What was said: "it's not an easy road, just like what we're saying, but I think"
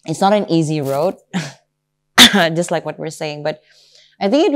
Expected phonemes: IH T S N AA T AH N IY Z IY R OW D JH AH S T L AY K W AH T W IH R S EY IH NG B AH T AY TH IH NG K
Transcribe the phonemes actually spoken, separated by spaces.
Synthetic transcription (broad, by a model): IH T S N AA T AH N IY Z IY R OW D JH AH S T L AY K W AH T W IH R S EY IH NG B AH T AY TH IH NG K